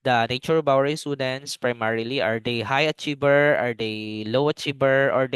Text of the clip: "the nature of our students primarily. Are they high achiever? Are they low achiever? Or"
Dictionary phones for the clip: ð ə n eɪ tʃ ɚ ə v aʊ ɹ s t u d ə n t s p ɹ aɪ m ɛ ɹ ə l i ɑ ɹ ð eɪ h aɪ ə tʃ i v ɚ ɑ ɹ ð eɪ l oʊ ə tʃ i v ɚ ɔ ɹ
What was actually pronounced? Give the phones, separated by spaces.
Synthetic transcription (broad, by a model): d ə n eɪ tʃ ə b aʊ ɹ s t u d ə n t s p ɹ aɪ m ɛ ɹ ə l i ɑ ɹ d eɪ h aɪ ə tʃ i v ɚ ɑ ɹ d eɪ l oʊ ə tʃ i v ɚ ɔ ɹ